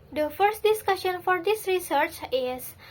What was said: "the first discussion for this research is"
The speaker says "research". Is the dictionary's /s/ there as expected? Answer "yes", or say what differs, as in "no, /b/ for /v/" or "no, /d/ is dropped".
yes